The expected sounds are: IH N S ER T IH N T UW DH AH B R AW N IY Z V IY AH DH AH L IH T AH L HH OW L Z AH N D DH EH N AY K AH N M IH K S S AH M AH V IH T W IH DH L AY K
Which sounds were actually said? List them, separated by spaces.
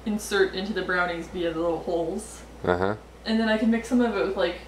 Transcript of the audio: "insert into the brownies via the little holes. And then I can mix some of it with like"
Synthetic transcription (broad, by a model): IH N S ER T IH N T UW DH AH B R AW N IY Z B IY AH DH AH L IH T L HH OW L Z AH N DH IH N AY K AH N M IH K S S AH M AH V IH T W IH DH L AY K